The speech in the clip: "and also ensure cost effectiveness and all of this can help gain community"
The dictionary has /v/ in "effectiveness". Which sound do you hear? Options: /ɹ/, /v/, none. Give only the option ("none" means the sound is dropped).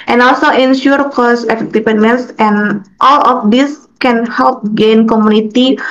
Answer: none